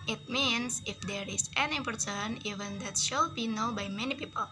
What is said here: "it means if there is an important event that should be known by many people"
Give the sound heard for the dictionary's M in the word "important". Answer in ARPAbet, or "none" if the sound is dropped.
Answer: none